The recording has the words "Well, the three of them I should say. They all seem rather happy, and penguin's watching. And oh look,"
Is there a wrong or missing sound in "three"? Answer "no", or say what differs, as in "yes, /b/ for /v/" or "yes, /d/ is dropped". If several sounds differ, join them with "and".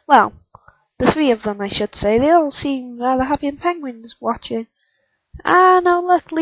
no